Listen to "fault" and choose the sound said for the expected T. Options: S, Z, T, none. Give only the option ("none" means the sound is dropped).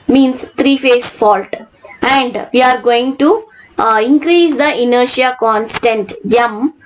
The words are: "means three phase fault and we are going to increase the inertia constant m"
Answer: T